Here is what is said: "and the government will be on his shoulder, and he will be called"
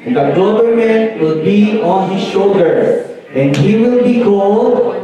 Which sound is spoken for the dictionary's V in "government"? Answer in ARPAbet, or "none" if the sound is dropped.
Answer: B